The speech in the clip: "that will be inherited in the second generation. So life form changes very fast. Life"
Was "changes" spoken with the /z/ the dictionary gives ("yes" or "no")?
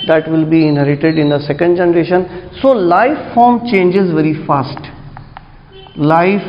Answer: yes